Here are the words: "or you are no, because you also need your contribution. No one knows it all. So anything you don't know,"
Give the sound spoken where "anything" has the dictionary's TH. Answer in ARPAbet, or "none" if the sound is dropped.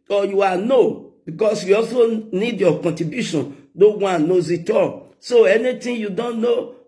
T